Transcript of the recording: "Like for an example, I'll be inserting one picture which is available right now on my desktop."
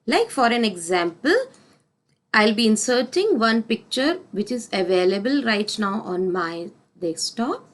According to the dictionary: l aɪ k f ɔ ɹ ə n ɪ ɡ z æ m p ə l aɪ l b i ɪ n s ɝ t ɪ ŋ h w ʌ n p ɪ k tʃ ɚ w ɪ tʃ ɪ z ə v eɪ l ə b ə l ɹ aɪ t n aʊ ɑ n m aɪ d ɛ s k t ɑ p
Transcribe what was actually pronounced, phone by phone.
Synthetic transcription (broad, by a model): l aɪ k f ɔ ɹ ə n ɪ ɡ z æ m p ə l aɪ l b i ɪ n s ɝ t ɪ ŋ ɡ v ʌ n p ɪ k tʃ ɚ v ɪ tʃ ɪ z ə v eɪ l ə b ə l ɹ aɪ t n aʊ ɑ n m aɪ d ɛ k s t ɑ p